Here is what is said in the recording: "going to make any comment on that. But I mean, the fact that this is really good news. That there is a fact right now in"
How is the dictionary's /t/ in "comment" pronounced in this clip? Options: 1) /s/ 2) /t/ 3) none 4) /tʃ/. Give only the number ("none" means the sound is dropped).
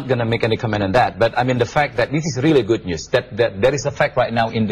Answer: 3